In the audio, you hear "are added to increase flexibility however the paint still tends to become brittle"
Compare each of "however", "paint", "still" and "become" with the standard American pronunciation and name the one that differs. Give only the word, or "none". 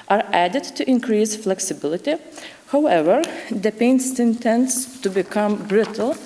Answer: still